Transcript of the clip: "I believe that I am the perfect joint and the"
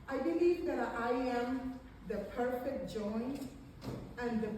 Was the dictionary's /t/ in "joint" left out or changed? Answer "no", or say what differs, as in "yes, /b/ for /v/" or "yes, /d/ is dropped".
yes, /t/ is dropped